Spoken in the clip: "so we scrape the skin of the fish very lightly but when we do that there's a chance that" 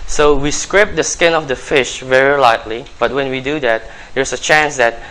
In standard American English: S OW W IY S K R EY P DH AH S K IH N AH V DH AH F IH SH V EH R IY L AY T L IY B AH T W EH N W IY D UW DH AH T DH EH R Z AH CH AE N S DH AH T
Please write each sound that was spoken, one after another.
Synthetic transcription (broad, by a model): S OW W IY S K R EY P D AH S K IH N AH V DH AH F IH SH V EH R IY L AY T L IY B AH T W EH N W IY D UW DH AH T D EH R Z AH CH AE N S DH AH T